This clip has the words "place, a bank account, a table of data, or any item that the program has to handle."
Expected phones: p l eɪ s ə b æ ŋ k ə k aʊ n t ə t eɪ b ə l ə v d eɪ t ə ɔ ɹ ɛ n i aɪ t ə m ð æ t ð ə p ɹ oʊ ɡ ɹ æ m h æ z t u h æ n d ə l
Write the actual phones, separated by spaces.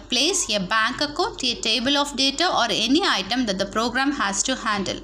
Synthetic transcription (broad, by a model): p l eɪ s ə b æ ŋ k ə k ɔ t ə t eɪ b ə l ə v d eɪ t ə ɔ ɹ ɛ n i aɪ t ə m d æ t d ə p ɹ oʊ ɡ ɹ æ m h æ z t u h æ n d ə l